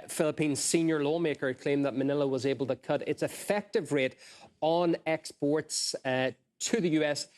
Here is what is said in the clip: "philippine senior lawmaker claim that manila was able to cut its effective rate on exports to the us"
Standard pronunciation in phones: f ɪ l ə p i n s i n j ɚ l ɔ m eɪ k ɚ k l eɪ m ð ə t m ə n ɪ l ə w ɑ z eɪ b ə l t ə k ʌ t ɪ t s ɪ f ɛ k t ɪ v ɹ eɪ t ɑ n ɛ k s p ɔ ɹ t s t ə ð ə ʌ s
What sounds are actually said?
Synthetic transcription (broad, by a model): f ɪ l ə p i n s i n j ɚ l ɔ m eɪ k ɚ k l eɪ m ð ə t m ə n ɪ l ə w ɑ z eɪ b ə l t ə k ʌ t ɪ t s ɪ f ɛ k t ɪ v ɹ eɪ t n ɛ k s p ɔ ɹ t s t ə ð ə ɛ s